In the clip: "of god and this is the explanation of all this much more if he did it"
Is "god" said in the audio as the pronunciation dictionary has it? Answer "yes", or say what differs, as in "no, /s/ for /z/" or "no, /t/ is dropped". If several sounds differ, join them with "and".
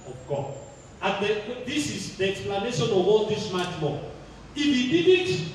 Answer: no, /d/ is dropped